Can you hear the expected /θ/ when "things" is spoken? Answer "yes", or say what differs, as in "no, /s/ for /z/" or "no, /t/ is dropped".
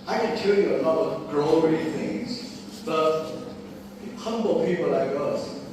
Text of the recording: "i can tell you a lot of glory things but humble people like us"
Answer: yes